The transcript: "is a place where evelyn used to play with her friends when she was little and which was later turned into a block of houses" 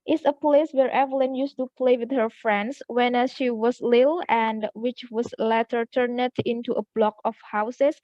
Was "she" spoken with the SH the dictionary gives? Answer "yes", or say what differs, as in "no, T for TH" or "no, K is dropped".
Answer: yes